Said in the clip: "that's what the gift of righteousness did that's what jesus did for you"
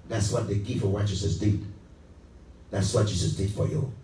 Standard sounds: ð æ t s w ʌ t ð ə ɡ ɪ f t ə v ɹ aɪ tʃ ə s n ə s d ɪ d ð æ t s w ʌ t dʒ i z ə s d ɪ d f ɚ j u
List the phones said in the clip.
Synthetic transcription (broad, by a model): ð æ t s w ʌ t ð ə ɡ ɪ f ə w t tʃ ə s ə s d ɪ d ð æ t s w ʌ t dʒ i s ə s d ɪ d f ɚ j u